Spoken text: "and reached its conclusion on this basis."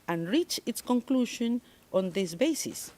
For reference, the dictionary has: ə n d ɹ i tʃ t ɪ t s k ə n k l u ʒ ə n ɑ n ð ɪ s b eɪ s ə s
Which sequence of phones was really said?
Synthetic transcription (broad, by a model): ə n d ɹ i tʃ ɪ t s k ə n k l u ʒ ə n ɑ n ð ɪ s b eɪ s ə s